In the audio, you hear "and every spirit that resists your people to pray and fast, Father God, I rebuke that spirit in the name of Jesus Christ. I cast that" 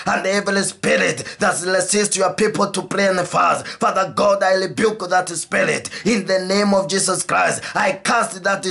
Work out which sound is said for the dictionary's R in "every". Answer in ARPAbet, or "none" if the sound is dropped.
L